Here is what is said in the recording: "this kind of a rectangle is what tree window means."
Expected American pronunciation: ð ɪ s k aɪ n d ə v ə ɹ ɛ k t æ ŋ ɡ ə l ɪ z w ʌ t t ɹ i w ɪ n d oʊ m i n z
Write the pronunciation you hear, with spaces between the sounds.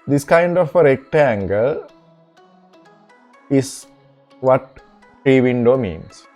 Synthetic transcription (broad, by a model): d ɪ s k aɪ n d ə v ə ɹ ɛ k t æ ŋ ɡ ə l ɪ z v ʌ t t ɹ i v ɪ n d oʊ m i n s